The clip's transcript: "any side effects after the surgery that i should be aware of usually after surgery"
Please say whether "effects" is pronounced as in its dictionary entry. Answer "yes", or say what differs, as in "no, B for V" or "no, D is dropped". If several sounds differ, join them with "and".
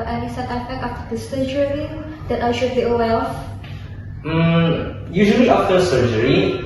no, S is dropped